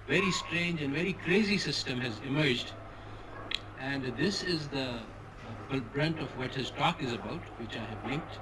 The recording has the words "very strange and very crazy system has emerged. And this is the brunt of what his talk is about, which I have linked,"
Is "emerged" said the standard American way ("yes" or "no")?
yes